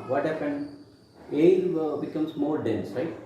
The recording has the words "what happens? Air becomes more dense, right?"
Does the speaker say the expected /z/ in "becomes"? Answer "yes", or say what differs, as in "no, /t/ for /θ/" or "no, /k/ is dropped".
no, /s/ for /z/